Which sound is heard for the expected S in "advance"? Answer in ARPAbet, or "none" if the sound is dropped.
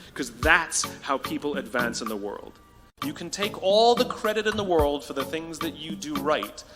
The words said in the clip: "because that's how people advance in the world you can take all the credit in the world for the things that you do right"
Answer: S